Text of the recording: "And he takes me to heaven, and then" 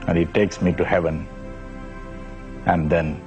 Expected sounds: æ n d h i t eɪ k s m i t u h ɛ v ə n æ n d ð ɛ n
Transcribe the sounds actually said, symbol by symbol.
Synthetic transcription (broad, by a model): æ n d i t eɪ k s m i t u h ɛ v ə n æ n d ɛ n